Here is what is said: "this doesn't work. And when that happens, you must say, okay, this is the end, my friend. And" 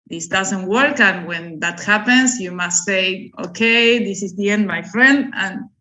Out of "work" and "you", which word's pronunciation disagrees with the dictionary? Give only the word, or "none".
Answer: none